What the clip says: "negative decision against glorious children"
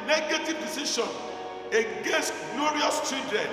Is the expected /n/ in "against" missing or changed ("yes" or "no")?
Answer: yes